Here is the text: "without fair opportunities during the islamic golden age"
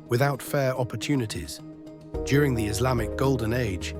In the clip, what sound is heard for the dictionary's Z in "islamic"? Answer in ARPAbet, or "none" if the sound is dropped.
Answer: Z